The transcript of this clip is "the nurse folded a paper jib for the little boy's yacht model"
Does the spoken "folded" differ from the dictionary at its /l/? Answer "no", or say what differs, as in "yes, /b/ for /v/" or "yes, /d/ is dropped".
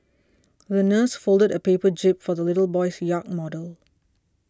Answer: no